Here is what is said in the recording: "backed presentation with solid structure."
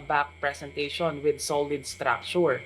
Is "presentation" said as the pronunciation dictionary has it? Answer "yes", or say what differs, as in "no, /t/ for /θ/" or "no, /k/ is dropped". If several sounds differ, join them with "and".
no, /s/ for /z/